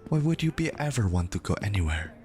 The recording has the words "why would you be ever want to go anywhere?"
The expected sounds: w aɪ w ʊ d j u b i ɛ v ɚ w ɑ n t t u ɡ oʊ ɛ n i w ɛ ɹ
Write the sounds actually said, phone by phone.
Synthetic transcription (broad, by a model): w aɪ w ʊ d j u b i ɛ v ɚ w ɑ n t t u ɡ oʊ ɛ n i w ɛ ɹ